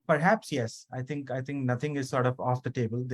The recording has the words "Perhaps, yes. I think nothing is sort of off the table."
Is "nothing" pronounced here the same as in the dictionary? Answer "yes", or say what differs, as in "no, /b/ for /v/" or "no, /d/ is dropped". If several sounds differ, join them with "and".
no, /t/ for /θ/